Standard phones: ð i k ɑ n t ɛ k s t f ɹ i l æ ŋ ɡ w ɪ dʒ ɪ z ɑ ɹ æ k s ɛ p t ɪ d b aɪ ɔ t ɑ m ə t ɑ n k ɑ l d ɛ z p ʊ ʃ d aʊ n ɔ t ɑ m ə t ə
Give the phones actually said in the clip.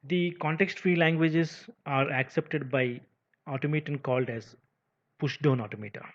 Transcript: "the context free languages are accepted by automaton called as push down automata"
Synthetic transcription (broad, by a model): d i k ɑ n t ɛ k s t f ɹ i l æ ŋ ɡ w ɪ dʒ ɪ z ɑ ɹ æ k s ɛ p t ɪ d b aɪ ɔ t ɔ m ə t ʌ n k ɑ l d ɛ z p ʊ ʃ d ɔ n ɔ t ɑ m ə t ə